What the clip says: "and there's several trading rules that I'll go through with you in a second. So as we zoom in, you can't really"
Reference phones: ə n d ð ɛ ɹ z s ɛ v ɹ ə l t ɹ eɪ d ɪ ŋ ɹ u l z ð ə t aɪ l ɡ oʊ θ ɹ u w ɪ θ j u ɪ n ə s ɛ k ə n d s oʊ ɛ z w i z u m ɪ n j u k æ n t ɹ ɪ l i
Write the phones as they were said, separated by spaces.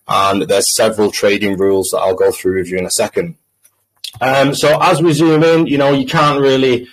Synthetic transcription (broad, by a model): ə n ð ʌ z s ɛ v ɹ ə l t ɹ eɪ d ɪ ŋ ɹ u l z ð ə t aɪ l ɡ oʊ θ ɹ u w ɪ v j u ɪ n ə s ɛ k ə n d s oʊ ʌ z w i z u m ɪ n j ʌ k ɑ n t ɹ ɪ l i